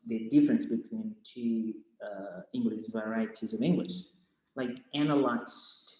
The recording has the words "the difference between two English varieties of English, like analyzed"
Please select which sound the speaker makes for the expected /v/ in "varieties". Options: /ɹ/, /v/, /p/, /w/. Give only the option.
/v/